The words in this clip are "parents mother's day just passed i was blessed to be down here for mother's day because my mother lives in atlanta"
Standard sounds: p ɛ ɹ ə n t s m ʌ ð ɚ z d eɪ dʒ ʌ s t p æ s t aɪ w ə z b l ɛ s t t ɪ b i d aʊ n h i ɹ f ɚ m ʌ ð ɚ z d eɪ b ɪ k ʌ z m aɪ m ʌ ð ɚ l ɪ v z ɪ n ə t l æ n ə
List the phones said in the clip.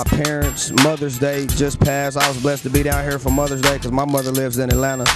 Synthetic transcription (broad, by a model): p ɛ ɹ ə n t s m ʌ ð ɚ z d eɪ dʒ ʌ s p æ s aɪ w ə z b l ɛ s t t ɪ b i d aʊ n h i ɹ f ɚ m ʌ ð ɚ z d eɪ ɪ k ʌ z m aɪ m ʌ ð ɚ l ɪ v z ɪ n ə l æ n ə